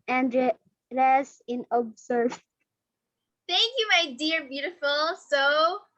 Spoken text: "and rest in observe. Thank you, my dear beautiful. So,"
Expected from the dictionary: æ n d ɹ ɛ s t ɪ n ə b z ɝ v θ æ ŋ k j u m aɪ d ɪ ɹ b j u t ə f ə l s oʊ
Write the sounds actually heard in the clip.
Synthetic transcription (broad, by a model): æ n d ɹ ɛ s ɪ n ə b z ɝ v θ æ ŋ k j u m aɪ d ɪ ɹ b j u t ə f l s oʊ